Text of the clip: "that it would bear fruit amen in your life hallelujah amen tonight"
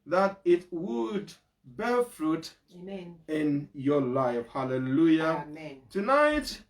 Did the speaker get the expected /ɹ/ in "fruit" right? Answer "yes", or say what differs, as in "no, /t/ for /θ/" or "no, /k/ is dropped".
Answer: yes